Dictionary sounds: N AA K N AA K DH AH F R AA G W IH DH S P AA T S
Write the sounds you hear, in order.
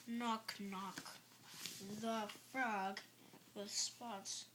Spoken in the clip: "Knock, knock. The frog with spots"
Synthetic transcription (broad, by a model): N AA K N AA K DH AH F R AA G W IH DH S P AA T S